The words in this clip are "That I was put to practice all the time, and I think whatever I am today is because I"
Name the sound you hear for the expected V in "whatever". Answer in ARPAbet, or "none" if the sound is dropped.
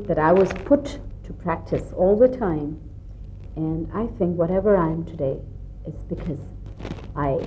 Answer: V